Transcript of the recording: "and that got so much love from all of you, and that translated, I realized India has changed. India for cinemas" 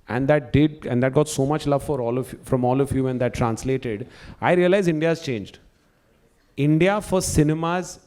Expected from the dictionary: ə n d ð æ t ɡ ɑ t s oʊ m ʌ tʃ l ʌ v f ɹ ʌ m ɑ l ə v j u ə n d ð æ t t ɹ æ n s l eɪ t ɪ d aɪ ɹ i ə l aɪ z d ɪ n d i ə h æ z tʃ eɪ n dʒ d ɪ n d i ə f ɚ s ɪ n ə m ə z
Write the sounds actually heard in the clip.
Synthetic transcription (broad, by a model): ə n d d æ t ɡ ɑ t s oʊ m ʌ tʃ l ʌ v f ɹ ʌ m ɑ l ə v j u ə n d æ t t ɹ æ n s l eɪ t ɪ d aɪ ɹ i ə l aɪ z ɪ n d i ə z tʃ eɪ n dʒ d ɪ n d i ə f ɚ s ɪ n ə m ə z